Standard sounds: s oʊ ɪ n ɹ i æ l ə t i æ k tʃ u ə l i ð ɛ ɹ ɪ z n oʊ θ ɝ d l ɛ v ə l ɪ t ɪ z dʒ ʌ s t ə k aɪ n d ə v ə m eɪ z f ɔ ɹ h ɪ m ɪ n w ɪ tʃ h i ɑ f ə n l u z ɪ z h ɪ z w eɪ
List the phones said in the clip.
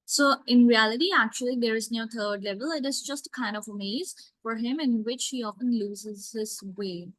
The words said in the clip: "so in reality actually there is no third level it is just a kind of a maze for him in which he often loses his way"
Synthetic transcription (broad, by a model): s oʊ ɪ n ɹ i æ l ə t i æ k tʃ u ə l i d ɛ ɹ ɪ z n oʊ t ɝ d l ɛ v ə l ɪ t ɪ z dʒ ʌ s t ə k aɪ n d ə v ə m eɪ z f ɔ ɹ h ɪ m ɪ n w ɪ tʃ h i ɑ f ə n l u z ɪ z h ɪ s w eɪ